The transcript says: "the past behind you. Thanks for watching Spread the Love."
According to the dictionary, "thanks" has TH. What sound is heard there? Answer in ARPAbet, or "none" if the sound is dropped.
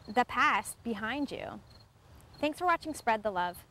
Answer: TH